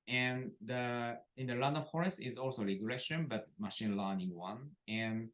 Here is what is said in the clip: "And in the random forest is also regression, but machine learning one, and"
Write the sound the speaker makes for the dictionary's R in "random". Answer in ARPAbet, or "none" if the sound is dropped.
L